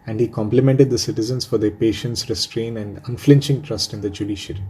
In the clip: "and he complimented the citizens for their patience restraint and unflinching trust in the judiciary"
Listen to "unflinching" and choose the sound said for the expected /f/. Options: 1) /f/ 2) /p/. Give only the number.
1